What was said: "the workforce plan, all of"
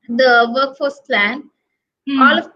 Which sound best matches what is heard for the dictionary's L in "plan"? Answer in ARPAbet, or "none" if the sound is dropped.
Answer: L